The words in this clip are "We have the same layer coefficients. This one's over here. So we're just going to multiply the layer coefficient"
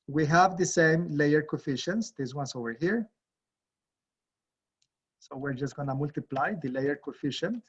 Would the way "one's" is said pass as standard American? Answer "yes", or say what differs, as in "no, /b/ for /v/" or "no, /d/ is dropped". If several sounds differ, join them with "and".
no, /s/ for /z/